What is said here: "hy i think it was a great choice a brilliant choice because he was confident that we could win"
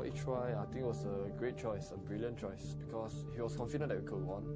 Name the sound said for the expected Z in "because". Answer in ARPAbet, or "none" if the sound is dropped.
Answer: S